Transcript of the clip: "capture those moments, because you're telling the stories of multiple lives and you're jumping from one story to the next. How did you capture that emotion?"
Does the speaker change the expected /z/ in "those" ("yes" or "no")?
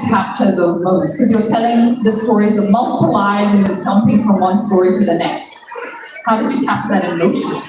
no